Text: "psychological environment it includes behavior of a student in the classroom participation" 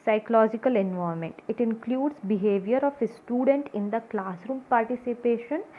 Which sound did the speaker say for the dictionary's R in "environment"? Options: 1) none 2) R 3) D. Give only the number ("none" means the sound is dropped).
1